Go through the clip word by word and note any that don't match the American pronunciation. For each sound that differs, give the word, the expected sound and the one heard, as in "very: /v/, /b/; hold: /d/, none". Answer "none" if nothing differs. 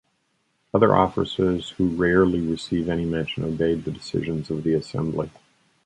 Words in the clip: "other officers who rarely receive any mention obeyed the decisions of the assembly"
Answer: none